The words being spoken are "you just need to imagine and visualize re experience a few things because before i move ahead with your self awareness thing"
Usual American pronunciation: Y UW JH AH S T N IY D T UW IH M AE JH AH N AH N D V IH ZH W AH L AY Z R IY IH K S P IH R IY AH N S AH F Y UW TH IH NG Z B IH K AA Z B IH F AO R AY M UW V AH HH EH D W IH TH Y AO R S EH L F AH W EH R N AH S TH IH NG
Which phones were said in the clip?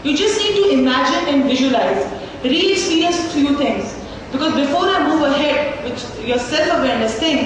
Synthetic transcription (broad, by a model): Y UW JH AH S T N IY D T UW IH M AE JH AH N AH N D V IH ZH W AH L AY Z R IY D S IY R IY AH S F Y UW T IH NG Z B IH K AA Z B IH F AO R AY M UW V AH HH EH D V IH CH Y AO R S EH L F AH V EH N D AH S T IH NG